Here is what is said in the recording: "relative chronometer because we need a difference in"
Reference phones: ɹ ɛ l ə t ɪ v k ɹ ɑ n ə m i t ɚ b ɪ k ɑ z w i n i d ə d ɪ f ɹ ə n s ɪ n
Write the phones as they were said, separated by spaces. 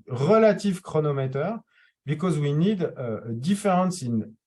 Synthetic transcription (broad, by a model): ɹ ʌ l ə t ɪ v k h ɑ n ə m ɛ t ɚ b ɪ k ɑ z w i n i d ə d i f ɹ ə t s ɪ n